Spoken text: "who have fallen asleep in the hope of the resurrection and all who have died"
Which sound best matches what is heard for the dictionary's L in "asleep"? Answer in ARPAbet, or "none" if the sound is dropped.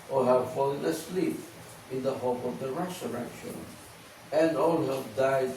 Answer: L